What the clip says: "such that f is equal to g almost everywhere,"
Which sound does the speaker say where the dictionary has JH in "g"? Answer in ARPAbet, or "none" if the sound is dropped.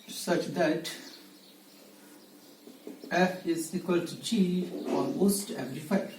CH